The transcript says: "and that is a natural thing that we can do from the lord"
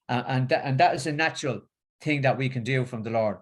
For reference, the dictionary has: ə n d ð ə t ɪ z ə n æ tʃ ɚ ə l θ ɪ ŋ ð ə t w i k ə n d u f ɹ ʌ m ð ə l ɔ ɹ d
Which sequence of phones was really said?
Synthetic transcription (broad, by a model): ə n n ð ə t ɪ z ə n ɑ tʃ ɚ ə l θ ɪ ŋ ð ə t w i k ə n d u f ɹ ʌ m ð ə l ɔ ɹ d